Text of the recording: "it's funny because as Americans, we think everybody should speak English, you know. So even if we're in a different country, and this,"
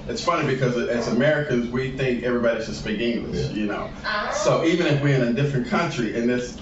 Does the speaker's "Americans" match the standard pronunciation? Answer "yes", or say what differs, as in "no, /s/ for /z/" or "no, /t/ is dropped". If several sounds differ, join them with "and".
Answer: yes